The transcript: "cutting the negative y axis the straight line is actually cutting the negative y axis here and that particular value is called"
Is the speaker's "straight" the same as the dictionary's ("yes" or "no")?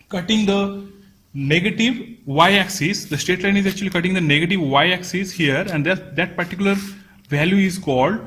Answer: no